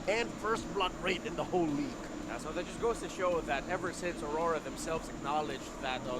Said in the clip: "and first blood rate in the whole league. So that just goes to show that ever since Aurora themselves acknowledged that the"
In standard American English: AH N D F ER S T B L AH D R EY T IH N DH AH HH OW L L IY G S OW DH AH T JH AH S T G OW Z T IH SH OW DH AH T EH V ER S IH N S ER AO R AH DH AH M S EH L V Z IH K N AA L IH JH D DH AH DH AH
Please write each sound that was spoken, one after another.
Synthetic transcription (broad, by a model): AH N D F ER S T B L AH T R EY T IH N DH AH HH OW L L IY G S OW DH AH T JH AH S G OW Z T IH SH OW DH AH T EH V ER S IH N S ER AO R AH DH AH M S EH L V Z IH K N AA L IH JH DH AH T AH